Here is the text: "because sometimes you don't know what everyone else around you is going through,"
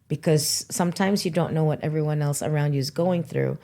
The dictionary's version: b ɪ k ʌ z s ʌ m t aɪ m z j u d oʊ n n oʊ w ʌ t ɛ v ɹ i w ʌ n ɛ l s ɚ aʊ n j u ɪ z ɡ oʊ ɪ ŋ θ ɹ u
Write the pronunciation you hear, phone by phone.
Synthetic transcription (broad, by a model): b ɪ k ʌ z s ʌ m t aɪ m z j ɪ d oʊ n n oʊ w ʌ t ɛ v ɹ i w ʌ n ɛ l s ɚ aʊ n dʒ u ɪ z ɡ oʊ ɪ ŋ θ ɹ u